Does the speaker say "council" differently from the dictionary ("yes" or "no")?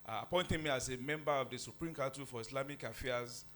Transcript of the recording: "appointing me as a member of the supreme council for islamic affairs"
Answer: yes